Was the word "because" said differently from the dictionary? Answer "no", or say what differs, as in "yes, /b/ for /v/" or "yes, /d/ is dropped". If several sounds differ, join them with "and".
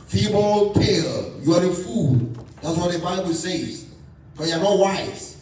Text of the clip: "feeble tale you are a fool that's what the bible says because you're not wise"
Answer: yes, /z/ is dropped